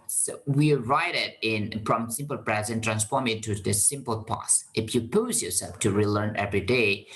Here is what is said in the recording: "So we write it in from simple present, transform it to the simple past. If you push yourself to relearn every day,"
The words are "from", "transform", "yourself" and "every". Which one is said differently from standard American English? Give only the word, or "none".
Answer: none